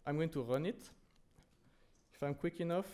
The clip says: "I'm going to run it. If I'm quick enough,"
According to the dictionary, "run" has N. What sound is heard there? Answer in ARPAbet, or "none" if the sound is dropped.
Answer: N